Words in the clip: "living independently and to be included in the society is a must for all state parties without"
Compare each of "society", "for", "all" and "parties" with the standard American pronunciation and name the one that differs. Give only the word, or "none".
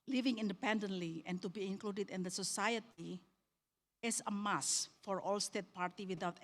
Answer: parties